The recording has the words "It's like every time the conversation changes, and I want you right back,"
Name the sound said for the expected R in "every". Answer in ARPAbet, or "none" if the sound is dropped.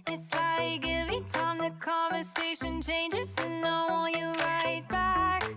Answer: none